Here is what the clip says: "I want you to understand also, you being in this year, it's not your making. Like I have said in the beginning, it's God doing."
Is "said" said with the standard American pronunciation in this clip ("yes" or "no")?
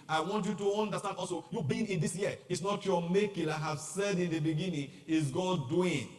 yes